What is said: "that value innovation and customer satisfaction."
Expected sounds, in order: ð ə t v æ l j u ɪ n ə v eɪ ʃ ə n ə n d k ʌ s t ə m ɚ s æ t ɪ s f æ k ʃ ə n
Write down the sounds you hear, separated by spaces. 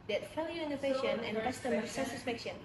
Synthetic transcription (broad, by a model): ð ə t f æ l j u ɪ n ə v eɪ ʃ ə n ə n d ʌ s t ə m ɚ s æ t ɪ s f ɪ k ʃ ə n